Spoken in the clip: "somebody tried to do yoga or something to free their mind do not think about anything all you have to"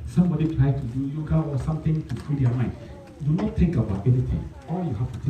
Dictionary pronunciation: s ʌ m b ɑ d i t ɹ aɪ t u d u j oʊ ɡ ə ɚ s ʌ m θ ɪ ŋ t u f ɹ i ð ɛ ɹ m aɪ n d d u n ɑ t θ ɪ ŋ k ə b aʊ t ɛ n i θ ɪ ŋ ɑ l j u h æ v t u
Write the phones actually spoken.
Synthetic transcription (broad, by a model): s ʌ m b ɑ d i t ɹ aɪ t u d u j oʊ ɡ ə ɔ s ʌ m t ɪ ŋ t u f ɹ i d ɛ m aɪ n d d u n ɑ t t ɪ ŋ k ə b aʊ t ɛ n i t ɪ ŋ ɑ l j u h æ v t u